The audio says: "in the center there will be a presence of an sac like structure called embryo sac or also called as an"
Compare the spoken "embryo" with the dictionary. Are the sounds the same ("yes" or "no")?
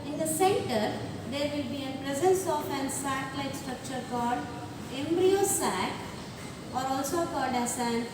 yes